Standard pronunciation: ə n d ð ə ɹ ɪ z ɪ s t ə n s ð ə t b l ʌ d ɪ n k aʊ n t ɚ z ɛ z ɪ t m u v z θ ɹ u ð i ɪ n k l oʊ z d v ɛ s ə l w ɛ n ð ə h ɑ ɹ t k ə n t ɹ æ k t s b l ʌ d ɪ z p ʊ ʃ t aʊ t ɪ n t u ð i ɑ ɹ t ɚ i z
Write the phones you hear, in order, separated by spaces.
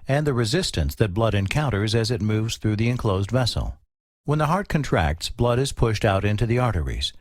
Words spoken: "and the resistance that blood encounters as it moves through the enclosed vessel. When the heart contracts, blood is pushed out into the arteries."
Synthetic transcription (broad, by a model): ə n ð ə ɹ ɪ z ɪ s t ə n s ð ə t b l ʌ d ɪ n k aʊ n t ɚ z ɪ z ɪ t m u v z θ ɹ u ð i ɪ n k l oʊ z d v ɛ s l w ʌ n ð ə h ɑ ɹ t k ə n t ɹ æ k t s b l ʌ d ɪ z p ʊ ʃ t aʊ t ɪ n t u ð i ɑ ɹ t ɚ i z